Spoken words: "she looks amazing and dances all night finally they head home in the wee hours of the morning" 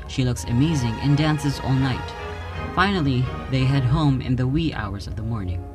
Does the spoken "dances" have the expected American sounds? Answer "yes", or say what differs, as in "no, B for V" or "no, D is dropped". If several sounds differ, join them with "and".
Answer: yes